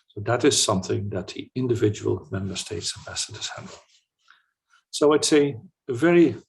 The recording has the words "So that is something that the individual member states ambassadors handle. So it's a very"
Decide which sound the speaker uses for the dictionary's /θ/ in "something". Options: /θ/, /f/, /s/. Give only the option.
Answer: /θ/